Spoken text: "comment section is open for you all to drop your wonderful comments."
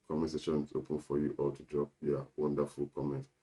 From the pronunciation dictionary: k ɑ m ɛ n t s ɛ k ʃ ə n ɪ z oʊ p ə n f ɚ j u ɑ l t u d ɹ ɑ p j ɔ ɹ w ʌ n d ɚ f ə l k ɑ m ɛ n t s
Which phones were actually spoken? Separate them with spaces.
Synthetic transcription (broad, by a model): k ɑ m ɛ s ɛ ʃ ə n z oʊ p ə n f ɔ j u ɑ l t u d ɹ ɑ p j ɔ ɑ w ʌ n d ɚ f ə l k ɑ m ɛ n t